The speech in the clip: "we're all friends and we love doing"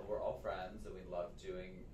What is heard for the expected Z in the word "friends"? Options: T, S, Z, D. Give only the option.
Z